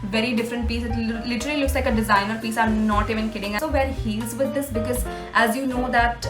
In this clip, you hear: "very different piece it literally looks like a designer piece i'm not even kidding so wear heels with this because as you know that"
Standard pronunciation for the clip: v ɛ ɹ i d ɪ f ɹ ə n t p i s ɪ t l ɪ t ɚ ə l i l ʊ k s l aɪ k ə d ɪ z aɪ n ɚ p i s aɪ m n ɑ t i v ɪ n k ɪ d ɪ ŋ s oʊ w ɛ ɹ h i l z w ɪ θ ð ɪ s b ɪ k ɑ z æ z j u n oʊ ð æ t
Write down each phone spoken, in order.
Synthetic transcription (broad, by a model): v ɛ ɹ i d ɪ f ɹ ə n t p i s ɪ t l ɪ t ɚ ə l i l ʊ k s l aɪ k ə d ɪ z aɪ n ɚ p i s aɪ m n ɑ t i v ɪ n k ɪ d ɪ ŋ s oʊ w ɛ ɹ h i z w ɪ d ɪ s b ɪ k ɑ z æ z j u n oʊ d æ t